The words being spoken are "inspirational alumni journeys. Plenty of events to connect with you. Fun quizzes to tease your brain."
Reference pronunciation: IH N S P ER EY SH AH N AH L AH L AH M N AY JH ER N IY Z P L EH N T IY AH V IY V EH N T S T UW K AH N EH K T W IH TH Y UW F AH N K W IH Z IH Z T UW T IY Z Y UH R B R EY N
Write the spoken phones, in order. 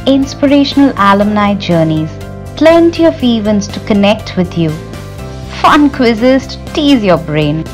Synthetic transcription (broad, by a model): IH N S P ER EY SH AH N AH L AH L AH M N AY JH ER N IY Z P L EH N T IY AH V IY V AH N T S T UW K AH N EH K T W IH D Y UW F AH N K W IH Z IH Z T UW T IY Z Y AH B R EY N